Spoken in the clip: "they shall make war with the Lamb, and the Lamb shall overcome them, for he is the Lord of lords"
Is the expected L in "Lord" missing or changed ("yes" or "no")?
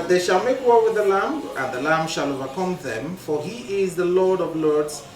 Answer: no